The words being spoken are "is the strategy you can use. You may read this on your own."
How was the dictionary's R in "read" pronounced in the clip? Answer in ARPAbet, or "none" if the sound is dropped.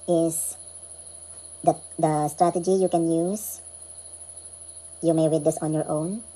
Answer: W